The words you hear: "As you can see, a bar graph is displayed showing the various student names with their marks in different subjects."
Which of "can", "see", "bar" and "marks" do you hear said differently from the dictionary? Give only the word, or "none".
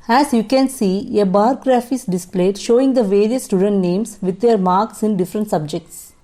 none